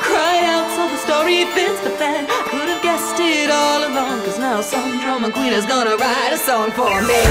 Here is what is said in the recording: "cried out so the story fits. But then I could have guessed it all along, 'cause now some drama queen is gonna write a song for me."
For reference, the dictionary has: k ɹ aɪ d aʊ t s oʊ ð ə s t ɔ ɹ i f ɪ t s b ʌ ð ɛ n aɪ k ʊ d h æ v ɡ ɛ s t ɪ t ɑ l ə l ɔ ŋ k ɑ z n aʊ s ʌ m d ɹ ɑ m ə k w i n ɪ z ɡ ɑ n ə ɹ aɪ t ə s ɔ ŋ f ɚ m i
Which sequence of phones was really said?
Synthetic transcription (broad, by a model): k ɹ aɪ aʊ t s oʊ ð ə s t ɔ ɹ i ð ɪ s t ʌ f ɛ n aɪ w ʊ d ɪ v ɡ ɛ s t ɪ t ɑ l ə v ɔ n k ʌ z n aʊ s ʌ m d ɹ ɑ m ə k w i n ɪ z ɡ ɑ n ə ɹ aɪ t ə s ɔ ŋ f ɚ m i